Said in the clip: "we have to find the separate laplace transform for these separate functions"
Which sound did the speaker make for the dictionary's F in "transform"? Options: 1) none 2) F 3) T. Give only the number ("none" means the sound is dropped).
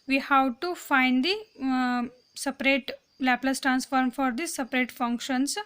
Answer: 2